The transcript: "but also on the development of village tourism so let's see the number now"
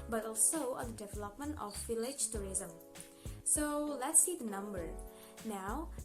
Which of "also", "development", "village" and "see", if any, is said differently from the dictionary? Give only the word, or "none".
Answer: village